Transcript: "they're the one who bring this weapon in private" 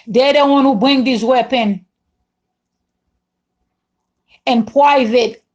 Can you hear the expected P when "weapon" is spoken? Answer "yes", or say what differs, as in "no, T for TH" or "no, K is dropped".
yes